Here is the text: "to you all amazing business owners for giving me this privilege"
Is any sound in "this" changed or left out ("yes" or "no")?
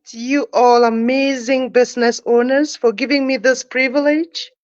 no